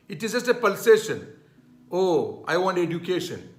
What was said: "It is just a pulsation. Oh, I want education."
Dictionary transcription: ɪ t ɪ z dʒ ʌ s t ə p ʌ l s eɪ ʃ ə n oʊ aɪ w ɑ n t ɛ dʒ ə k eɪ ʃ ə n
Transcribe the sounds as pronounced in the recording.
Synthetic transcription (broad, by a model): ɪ t ɪ z dʒ ʌ s t ə p ʌ l s eɪ ʃ ə n oʊ aɪ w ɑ n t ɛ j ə k eɪ ʃ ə n